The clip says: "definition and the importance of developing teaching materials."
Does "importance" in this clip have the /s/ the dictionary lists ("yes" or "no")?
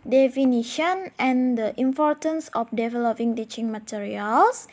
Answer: yes